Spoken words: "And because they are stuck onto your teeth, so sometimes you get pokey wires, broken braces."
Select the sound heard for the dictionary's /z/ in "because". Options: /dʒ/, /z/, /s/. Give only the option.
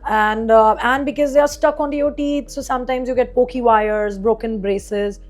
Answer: /z/